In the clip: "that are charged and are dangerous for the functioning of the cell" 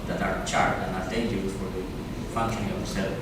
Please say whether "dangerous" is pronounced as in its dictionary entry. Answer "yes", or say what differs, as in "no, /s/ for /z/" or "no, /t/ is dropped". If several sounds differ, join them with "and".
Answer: no, /s/ is dropped